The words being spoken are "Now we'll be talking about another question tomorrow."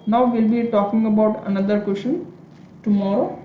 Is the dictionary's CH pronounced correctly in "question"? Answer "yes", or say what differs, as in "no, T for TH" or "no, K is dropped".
no, SH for CH